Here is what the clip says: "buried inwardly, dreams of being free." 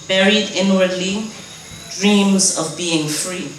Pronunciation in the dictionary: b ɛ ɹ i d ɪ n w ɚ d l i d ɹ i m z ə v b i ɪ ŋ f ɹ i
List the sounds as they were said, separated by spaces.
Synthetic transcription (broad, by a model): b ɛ ɹ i d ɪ n w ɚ d l i d ɹ i m z ə v b i ɪ ŋ f ɹ i